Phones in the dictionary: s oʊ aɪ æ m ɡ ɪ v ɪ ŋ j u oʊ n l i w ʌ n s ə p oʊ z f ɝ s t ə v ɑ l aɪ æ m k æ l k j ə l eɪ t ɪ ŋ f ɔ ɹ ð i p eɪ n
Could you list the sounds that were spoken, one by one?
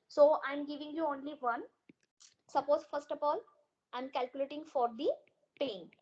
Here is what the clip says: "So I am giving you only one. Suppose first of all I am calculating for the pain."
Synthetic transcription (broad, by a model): s oʊ aɪ m ɡ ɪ v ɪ ŋ j u oʊ n l i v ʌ n s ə p oʊ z f ɝ s t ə p ɑ l aɪ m k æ l k j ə l eɪ t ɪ ŋ f ɔ ɹ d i p eɪ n